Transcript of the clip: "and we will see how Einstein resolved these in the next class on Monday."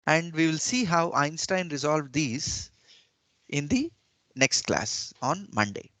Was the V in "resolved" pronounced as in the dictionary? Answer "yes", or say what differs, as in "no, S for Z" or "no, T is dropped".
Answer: yes